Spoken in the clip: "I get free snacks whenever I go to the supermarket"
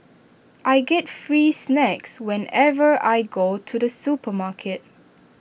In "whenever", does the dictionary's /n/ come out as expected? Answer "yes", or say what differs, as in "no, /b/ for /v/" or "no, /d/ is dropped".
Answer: yes